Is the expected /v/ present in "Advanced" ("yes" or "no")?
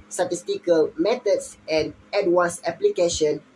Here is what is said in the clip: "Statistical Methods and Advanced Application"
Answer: no